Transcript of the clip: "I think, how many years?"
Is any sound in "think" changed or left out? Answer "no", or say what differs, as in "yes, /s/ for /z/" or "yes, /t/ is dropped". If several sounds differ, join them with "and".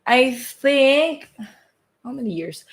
no